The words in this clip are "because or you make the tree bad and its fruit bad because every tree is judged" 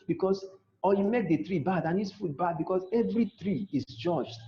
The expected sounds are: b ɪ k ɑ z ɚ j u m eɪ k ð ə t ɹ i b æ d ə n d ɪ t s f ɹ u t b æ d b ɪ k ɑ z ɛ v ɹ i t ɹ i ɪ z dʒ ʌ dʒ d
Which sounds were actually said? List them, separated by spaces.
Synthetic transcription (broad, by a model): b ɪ k ɑ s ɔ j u m eɪ k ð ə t ɹ i b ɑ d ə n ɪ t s f u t b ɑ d b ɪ k ɑ s ɛ v ɹ i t ɹ i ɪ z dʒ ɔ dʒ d